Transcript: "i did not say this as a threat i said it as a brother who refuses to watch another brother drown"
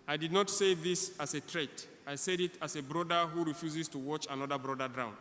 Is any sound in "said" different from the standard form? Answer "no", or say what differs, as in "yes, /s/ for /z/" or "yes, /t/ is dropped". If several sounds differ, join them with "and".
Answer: no